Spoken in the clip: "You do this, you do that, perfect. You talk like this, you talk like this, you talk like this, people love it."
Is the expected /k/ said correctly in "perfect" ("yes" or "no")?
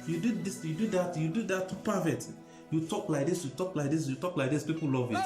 no